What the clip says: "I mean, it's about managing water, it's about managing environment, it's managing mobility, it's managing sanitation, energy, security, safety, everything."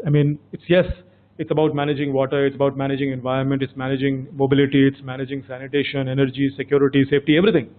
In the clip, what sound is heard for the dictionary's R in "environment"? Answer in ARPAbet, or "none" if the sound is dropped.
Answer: R